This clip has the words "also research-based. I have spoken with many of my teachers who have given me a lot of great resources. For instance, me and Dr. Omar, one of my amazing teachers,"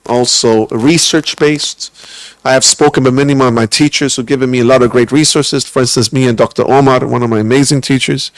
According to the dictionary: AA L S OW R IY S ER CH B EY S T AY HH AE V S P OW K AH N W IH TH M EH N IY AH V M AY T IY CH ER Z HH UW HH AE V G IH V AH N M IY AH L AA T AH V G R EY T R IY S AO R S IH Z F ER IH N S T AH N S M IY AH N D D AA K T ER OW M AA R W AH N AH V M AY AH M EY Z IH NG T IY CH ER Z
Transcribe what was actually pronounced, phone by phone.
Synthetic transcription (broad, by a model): AA L S OW R IY S ER CH B EY S T AY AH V S P OW K AH N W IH M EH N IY AH V M AY T IY CH ER Z HH UW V G IH V AH N M IY AH L AA T AH V G R EY T R IY S AO R S IH Z F ER IH N S T AH N S M IY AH N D D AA K T ER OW M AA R W AH N AH V M AY AH M EY Z IH NG T IY CH ER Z